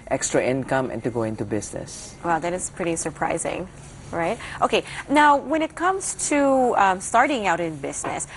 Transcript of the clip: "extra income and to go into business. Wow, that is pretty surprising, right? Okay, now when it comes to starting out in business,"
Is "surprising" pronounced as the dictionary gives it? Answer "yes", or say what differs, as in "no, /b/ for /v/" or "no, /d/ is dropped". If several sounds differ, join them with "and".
yes